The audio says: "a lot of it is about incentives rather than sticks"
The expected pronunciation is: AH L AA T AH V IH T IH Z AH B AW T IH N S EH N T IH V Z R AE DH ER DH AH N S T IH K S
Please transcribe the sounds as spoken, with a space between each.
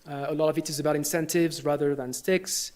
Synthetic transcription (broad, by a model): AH L AA T AH V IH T IH Z AH B AW T IH N S EH N T IH V Z R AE DH ER DH AH N S T IH K S